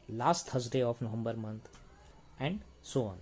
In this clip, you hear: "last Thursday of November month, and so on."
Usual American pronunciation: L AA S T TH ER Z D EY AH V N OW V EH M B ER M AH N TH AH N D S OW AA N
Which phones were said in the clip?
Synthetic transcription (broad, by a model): L AA S T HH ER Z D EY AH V N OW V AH M B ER M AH N T AH N D S OW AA N